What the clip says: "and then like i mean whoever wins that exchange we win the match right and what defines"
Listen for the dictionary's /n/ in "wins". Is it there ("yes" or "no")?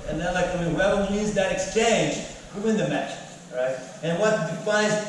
no